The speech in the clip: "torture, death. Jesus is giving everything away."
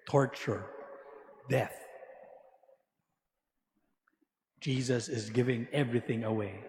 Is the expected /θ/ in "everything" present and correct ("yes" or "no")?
yes